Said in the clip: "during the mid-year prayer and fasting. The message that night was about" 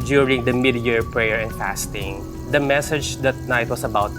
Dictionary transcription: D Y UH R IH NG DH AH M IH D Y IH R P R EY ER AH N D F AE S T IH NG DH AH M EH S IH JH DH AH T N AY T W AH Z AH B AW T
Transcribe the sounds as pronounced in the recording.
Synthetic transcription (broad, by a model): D Y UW R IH NG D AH M IH D Y IH R P R EY ER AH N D F AE S T IH NG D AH M EH S IH JH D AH T N AY T W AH S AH B AW T